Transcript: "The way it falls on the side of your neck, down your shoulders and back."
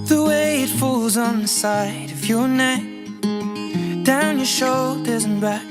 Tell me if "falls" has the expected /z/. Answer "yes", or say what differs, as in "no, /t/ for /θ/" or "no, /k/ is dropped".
yes